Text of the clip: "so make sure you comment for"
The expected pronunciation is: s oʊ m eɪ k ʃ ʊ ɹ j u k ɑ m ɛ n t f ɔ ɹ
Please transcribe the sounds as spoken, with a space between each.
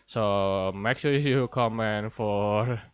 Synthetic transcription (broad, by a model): s oʊ m eɪ k s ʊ j u k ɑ m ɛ n f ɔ ɹ